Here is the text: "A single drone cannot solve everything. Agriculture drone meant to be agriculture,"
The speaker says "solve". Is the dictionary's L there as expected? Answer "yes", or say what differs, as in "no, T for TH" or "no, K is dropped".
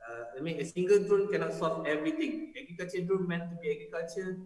no, L is dropped